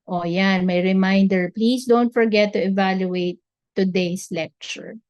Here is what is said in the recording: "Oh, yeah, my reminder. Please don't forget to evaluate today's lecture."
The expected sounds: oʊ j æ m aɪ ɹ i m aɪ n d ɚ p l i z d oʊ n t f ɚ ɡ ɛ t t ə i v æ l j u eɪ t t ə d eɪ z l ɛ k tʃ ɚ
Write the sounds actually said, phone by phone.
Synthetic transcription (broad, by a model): oʊ j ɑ m aɪ ɹ i m aɪ n d ɚ p l i s d oʊ n t f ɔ ɡ ɛ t t ə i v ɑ l j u eɪ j t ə d eɪ s l ɛ k tʃ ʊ